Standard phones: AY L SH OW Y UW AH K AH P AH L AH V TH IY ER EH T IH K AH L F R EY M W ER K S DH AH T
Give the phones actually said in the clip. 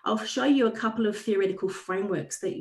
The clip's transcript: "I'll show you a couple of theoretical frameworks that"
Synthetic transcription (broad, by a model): AY L SH OW Y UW AH K AH P AH L AH V TH IY ER EH T IH K AH L F R EY M W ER K S DH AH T